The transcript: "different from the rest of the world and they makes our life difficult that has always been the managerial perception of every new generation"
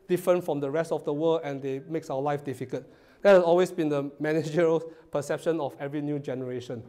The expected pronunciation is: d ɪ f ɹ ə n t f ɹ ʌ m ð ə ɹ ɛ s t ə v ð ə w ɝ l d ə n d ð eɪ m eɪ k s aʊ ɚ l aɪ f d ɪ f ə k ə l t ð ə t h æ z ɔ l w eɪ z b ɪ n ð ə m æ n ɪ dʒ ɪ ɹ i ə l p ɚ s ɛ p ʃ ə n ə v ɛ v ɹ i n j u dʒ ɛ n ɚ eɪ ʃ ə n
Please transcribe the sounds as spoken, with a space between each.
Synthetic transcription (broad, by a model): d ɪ f ɹ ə n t f ɹ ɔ m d ə ɹ ɛ s t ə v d ə w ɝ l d ə n d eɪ m eɪ k s aʊ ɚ l aɪ f d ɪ f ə k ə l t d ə t h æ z ɔ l w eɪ s b ɪ n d ə m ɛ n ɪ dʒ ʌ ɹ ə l p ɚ s ɛ p ʃ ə n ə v ɛ v ɹ i n j u dʒ ɛ n ɚ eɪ ʃ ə n